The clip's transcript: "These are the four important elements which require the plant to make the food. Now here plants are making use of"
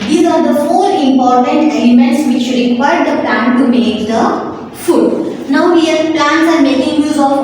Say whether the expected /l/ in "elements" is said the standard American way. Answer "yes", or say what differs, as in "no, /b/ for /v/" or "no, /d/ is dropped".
no, /l/ is dropped